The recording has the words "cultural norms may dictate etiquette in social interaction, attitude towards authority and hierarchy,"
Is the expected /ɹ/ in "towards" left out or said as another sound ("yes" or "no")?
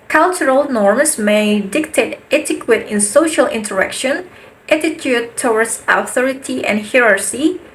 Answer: yes